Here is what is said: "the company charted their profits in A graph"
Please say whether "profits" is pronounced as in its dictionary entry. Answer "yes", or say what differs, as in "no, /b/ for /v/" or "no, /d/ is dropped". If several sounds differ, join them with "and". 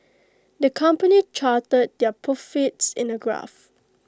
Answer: no, /ɹ/ is dropped